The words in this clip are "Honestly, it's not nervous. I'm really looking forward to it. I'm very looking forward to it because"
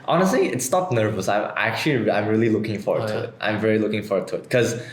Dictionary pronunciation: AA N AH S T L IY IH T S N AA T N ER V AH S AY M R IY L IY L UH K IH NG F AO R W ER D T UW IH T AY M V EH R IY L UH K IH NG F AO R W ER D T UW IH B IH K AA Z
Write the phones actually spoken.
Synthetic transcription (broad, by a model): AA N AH S T L IY IH T S N AA T N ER V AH S AY M R IY L IY L UH K IH NG F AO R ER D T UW IH T AY M V EH R IY L UH K IH NG F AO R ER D T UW IH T K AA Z